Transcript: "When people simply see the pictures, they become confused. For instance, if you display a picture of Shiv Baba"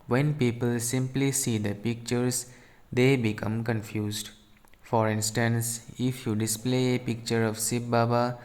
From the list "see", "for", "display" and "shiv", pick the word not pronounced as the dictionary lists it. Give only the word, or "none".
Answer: shiv